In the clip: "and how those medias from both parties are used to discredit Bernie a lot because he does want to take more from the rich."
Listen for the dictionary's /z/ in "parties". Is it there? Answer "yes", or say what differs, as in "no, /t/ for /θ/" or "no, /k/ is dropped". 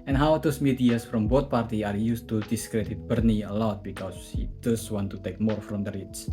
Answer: no, /z/ is dropped